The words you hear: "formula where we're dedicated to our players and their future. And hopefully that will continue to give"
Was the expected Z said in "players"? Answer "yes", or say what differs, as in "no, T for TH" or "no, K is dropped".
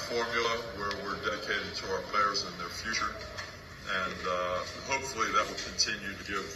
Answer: yes